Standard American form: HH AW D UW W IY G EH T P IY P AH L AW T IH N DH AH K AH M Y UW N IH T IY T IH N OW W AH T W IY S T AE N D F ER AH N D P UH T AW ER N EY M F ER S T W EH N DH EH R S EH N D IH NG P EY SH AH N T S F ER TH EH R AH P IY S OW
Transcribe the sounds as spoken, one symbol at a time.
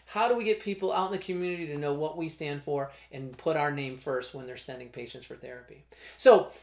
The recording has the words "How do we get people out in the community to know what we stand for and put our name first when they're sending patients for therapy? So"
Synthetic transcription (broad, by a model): HH AW D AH W IY G EH T P IY P L AW T N DH AH K AH M Y UW N IH T IY T IH N OW W AH T W IY S T AE N D F ER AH N P UH T AW ER N EY M F ER S T W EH N DH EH R S EH N D IH NG P EY SH AH N T S F ER TH EH R AH P IY S OW